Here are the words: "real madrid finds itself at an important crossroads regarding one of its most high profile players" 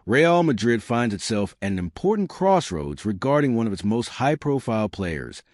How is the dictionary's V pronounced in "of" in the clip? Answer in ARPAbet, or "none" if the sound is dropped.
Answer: V